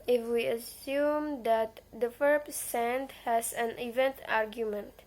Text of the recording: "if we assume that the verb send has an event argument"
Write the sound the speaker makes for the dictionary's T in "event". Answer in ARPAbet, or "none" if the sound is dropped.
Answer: T